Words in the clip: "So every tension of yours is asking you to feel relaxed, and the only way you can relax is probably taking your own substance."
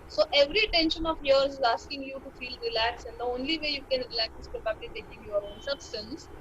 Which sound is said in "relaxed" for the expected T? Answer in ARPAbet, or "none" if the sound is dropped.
none